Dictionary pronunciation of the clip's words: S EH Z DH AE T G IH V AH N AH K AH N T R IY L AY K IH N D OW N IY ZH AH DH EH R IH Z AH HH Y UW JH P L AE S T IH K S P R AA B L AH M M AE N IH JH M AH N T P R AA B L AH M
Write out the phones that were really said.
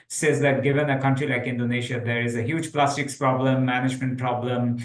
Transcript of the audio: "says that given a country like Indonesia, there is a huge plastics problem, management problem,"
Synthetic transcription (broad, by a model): S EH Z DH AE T G IH V AH N AH K AH N T R IY L AY K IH N D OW N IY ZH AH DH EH R IH Z AH HH Y UW JH P L AE S T IH K S P R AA B L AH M M AE N IH JH M AH N T P R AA B L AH M